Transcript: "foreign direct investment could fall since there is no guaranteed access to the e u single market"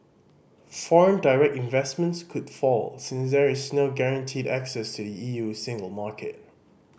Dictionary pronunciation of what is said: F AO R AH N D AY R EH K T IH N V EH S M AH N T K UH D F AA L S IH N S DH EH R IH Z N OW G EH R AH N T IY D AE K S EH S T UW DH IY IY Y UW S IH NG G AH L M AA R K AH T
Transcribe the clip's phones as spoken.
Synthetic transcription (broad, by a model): F AO R AH N D AY R EH K T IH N V EH S M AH N T K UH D F AA L S IH N S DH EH R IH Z N OW G EH R AH N T IY D AE K S EH S T UW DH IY IY Y UW S IH NG G AH L M AA K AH T